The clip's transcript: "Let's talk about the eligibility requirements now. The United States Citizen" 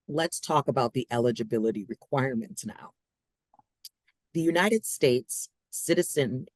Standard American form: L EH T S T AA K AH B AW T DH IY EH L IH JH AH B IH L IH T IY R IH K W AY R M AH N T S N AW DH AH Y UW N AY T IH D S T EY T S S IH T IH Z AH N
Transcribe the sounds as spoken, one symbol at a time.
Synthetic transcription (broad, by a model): L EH T S T AA K AH B AW T DH IY EH L IH JH AH B IH L IH T IY R IH K W AY R M AH N T S N AW DH AH Y UW N AY T IH D S T EY T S S IH T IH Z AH N